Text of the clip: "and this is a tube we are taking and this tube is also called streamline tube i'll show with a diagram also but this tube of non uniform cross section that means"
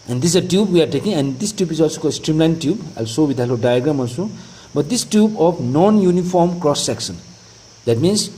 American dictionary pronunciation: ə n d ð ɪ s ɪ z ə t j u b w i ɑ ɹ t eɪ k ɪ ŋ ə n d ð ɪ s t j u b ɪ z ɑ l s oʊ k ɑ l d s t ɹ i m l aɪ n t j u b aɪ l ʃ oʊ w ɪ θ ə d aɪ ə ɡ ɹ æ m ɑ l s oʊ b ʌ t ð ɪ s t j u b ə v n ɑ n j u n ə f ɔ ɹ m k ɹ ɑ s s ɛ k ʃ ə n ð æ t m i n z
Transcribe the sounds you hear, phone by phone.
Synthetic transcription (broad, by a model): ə n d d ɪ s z ə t j u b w i ɑ ɹ t eɪ k ɪ ŋ ə n d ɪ s t j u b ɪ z ɑ l s oʊ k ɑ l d s t ɹ i m l aɪ n t j u b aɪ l s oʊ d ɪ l ə d aɪ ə ɡ ɹ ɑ m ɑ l s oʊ b ʌ t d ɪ s t j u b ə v n ɑ n j u n ə f ɔ ɹ m k ɹ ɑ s s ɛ k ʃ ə n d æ t m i n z